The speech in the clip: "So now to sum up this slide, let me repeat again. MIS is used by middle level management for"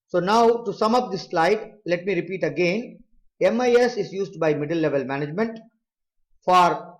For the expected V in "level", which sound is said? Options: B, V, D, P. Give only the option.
V